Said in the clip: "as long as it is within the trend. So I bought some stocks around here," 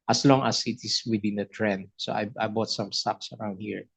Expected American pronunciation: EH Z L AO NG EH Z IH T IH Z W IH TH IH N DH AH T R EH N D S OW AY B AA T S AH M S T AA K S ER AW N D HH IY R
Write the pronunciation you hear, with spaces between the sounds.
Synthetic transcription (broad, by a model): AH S L AO NG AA S IH T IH S W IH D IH N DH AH T R EH N D S OW AY B AA T S AH M S T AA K S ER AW N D HH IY R